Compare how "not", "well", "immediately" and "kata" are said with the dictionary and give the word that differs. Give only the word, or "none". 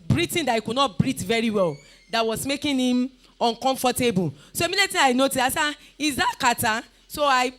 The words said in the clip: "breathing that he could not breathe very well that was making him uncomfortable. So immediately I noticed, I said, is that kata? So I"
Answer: immediately